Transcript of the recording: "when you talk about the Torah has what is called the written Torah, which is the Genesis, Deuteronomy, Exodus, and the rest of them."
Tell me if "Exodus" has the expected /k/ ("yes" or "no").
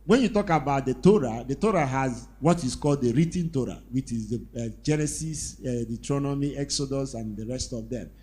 yes